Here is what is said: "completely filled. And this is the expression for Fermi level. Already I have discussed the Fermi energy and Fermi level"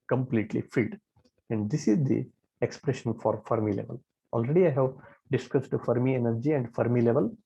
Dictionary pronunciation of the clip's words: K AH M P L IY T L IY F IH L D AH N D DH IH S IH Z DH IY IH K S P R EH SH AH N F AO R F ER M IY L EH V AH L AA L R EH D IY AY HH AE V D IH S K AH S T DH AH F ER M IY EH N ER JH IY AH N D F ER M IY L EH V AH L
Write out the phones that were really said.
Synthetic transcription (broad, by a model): K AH M P L IY T L IY F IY D AH N D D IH S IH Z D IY IH K S P R EH SH AH N F AO R F ER M IY L EH V AH L AA L R EH D IY AY HH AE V D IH S K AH S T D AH F ER M IY EH N ER JH IY AH N D F ER M IY L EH V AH L